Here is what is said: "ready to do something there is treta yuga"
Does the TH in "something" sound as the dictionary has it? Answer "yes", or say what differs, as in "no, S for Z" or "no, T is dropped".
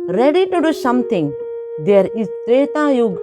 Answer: no, T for TH